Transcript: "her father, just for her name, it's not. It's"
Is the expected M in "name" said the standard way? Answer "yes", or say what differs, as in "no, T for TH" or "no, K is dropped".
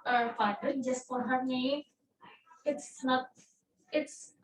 no, M is dropped